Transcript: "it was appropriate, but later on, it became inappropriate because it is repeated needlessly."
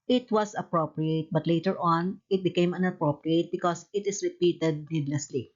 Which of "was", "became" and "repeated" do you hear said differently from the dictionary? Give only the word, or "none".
was